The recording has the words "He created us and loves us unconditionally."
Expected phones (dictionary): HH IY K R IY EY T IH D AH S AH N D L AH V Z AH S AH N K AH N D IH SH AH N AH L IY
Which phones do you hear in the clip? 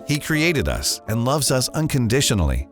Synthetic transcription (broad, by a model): HH IY K R IY EY T IH D AH S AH N L AH V Z AH S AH N K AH N D IH SH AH N L IY